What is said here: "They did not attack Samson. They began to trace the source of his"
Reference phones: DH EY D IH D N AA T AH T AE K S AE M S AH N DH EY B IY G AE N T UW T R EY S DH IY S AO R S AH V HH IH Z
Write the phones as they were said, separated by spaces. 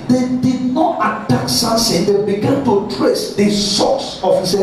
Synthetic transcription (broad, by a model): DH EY D IH D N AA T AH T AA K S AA S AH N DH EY B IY G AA N T UW T R EY S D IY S AO S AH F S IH